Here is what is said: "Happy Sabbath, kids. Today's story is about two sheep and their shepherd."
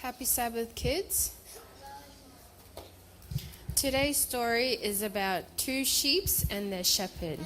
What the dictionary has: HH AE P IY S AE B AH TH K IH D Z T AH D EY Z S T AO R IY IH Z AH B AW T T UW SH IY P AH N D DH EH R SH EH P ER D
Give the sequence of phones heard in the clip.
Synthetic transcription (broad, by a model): HH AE P IY S AE B AH TH K IH D Z T AH D EY Z S T AO R IY IH Z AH B AW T T UW SH IY P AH N DH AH SH EH P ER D